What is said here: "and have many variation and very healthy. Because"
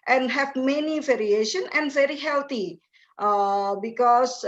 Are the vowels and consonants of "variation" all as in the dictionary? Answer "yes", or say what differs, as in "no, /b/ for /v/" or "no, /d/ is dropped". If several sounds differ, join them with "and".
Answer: yes